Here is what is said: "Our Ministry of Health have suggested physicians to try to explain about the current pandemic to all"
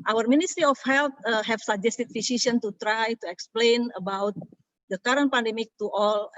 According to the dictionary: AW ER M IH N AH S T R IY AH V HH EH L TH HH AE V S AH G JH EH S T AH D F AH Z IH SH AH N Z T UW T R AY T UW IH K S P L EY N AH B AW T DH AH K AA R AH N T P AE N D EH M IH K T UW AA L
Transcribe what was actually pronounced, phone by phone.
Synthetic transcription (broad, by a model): AW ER M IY N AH S T R IY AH F HH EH L T HH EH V S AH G JH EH S T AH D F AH S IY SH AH N T UW T R AY T UW IH K S P L EY N AH B AW T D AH K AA R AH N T P AE N D EH M IH K T UW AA L